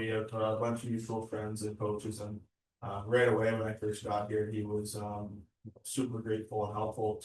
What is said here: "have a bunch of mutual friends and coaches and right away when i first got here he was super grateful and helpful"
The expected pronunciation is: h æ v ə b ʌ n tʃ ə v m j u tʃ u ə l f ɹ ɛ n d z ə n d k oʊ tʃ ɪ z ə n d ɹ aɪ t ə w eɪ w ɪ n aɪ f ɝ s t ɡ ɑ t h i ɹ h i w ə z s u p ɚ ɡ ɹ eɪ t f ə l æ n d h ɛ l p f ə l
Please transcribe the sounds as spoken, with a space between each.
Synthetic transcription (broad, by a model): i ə b ʌ n tʃ ə v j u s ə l f ɹ ɛ n d z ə n k oʊ tʃ ɪ z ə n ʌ ɹ aɪ t ə w eɪ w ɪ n aɪ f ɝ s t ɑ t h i ɹ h i w ə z s u p ɚ ɡ ɹ eɪ t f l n h ɛ l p f l